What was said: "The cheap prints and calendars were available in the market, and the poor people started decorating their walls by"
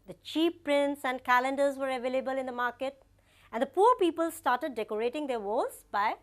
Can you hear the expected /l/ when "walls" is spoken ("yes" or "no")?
no